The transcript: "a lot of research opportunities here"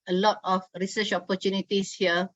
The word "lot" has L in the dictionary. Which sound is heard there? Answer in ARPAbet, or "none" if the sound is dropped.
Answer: L